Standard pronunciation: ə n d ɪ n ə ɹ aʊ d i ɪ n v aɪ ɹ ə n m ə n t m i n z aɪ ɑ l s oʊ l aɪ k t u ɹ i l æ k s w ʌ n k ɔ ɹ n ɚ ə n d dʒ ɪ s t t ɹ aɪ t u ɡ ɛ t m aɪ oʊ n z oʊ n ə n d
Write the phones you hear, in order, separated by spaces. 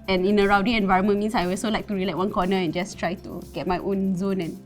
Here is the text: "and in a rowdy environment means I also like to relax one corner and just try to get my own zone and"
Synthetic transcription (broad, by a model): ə n ɪ n ə ɹ aʊ d i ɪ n v aɪ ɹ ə m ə n m i n s aɪ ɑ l s oʊ l aɪ k t u ɹ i l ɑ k w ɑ n k ɔ n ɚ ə n dʒ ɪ s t t ɹ aɪ t u ɡ ɛ t m aɪ oʊ n z oʊ n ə n